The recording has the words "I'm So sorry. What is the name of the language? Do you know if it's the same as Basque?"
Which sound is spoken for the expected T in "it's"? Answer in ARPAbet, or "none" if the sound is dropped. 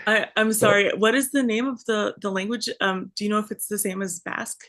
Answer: T